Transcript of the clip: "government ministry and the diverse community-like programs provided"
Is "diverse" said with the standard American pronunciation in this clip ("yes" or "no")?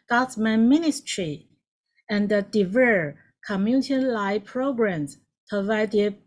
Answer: no